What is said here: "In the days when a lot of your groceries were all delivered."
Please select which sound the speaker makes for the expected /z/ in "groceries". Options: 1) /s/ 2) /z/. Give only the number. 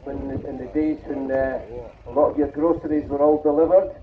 2